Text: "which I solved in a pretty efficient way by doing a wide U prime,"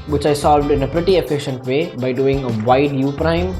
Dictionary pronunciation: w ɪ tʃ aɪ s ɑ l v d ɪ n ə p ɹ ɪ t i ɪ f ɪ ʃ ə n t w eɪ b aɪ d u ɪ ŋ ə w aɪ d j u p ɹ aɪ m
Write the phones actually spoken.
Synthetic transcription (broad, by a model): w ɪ tʃ aɪ s ɑ l v d ɪ n ə p ɹ ɪ t i ɪ f ɪ ʃ ə n t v eɪ b aɪ d u ɪ ŋ ə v aɪ d j u p ɹ aɪ m